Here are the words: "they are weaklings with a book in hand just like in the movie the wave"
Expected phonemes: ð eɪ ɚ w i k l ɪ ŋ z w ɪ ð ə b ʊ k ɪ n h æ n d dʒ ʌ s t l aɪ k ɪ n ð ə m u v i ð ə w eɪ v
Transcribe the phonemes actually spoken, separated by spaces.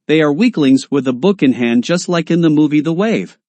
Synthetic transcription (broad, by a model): ð eɪ ɚ w i k l ɪ ŋ z w ɪ ð ə b ʊ k ɪ n h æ n dʒ ʌ s t l aɪ k ɪ n ð ə m u v i ð ə w eɪ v